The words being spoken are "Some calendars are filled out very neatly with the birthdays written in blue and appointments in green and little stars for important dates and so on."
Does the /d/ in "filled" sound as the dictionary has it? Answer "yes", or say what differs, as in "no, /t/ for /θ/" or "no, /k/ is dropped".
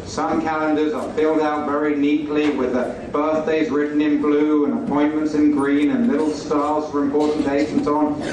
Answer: yes